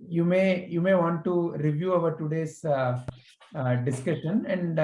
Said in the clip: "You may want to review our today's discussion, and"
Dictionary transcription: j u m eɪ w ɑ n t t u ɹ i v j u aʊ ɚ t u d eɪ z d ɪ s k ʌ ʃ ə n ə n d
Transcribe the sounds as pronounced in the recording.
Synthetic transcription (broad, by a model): j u m eɪ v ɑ n t t u ɹ i v j u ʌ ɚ t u d eɪ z d ɪ s k ʌ ʃ ə n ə n d